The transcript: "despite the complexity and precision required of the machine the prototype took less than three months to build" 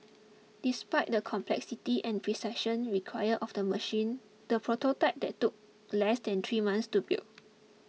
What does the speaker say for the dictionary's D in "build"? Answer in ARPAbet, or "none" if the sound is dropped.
none